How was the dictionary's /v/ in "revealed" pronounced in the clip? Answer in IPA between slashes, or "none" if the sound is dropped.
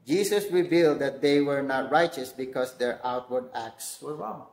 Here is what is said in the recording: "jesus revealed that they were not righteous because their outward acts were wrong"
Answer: /v/